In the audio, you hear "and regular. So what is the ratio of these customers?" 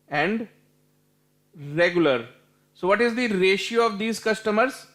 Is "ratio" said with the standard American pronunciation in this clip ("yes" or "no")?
yes